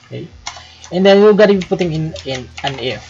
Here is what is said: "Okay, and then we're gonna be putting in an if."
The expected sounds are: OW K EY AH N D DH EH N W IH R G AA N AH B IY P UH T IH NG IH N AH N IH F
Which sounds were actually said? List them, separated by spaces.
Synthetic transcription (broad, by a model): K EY AH N D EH N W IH L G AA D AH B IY P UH T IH NG IH N AH N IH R